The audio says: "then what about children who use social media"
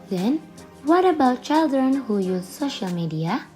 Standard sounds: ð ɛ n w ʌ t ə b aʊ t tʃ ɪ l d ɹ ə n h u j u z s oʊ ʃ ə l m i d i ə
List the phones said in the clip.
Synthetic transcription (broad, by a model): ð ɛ n w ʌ t ə b aʊ t tʃ ɪ l d ɹ ə n h u j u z s oʊ ʃ ə l m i d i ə